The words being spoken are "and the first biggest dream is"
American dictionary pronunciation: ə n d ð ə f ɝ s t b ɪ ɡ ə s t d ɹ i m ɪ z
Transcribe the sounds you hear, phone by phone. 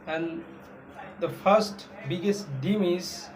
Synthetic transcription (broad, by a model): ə n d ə f ɝ s t b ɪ ɡ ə s t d i m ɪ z